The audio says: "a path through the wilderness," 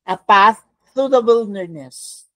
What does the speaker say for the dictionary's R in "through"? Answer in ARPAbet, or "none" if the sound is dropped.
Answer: none